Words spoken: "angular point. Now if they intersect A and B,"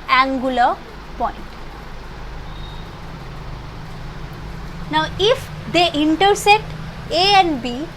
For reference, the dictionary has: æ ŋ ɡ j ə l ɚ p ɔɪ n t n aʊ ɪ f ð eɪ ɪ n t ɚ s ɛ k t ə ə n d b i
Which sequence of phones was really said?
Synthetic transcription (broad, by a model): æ ŋ ɡ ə l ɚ p ɔɪ n t n aʊ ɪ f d eɪ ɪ n t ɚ s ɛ t ə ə n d b i